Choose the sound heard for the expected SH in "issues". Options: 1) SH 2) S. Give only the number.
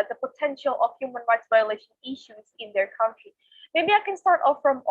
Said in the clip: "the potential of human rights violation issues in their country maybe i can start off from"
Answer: 1